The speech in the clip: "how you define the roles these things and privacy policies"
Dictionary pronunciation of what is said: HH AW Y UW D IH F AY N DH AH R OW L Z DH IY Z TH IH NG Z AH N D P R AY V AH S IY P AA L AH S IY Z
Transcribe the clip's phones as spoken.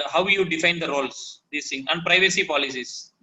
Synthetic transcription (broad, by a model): HH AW Y UW D IH F AY N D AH R OW L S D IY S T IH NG AH N D P R AY V AH S IY P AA L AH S IY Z